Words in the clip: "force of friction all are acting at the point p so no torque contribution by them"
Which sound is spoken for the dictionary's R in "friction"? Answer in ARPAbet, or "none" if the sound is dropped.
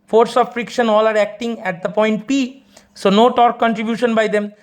R